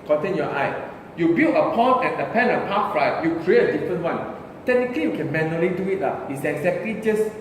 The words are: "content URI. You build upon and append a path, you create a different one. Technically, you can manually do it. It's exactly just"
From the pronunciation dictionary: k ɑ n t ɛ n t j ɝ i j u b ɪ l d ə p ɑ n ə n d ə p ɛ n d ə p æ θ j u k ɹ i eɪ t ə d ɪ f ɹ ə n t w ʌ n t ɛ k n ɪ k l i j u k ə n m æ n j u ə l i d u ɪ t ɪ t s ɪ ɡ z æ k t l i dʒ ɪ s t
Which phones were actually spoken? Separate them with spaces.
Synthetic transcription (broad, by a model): k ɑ n t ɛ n j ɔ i j u b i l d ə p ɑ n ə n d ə p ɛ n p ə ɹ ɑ t j u k ɹ i eɪ t ə d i f ɹ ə n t w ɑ n t ɛ k n ɪ k l i j u k ə n m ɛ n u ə l i d u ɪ t ɪ t s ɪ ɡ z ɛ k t l i dʒ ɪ s